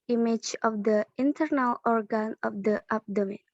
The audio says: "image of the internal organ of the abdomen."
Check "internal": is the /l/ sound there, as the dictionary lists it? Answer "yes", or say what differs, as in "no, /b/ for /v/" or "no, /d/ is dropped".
yes